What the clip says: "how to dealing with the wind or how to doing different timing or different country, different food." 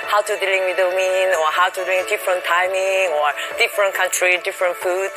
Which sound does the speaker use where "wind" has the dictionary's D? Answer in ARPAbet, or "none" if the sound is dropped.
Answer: none